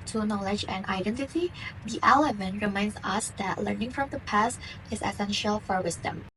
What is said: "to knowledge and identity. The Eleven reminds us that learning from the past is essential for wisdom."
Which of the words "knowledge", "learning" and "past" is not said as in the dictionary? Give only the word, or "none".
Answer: none